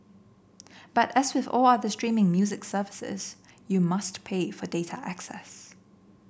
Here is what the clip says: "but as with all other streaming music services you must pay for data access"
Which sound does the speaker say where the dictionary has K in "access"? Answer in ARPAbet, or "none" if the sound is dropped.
K